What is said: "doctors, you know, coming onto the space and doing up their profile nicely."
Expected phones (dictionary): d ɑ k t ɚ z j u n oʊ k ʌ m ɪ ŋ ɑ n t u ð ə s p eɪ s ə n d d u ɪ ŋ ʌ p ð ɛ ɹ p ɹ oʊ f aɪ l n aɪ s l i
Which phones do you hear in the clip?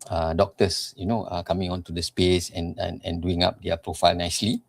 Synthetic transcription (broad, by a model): d ɑ k t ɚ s j u n oʊ k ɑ m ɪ ŋ ɑ n t u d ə s p eɪ s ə n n d u ɪ ŋ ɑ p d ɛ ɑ p ɹ oʊ f aɪ l n aɪ s l i